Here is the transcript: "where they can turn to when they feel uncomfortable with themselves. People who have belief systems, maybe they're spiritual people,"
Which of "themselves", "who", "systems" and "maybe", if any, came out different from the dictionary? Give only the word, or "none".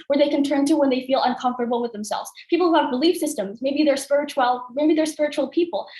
none